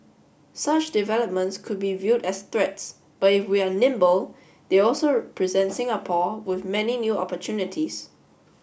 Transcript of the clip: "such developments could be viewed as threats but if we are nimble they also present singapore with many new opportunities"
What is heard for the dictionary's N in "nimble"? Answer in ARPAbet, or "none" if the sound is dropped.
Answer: N